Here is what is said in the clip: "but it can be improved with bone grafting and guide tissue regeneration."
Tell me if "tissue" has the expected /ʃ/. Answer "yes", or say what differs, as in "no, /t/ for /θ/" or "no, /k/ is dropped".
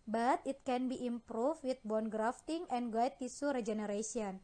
no, /s/ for /ʃ/